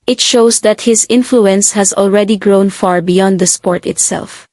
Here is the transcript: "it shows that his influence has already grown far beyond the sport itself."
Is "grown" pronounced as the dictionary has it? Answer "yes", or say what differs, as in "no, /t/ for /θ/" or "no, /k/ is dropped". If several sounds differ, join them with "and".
yes